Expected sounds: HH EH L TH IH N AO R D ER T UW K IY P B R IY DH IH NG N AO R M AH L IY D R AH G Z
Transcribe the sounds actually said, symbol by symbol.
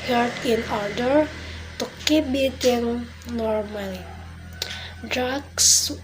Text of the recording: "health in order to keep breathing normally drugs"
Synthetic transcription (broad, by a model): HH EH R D IH N AO R D ER T UW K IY B IY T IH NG N AO R M AH L IY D R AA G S